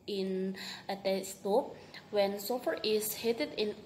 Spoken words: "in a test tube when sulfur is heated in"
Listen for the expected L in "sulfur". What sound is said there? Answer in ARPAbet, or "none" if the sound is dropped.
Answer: none